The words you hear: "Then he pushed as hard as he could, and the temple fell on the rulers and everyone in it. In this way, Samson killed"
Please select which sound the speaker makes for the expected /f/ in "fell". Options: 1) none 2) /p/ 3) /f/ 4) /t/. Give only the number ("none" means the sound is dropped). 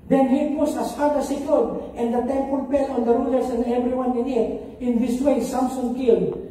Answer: 2